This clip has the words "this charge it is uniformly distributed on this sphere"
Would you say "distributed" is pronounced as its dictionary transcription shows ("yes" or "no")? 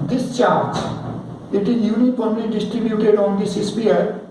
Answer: yes